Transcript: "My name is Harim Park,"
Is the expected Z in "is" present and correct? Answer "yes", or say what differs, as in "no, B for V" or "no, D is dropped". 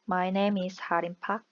no, S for Z